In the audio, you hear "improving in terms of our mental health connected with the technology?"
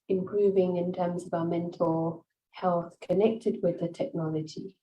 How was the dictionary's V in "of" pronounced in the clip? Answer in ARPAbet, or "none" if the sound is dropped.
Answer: V